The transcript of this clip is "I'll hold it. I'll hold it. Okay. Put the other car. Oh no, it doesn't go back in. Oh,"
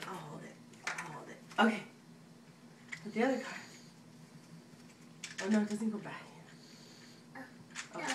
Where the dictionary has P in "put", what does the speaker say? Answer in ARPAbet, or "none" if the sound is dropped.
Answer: B